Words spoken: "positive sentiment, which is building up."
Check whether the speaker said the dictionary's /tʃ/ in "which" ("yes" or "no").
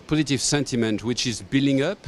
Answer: yes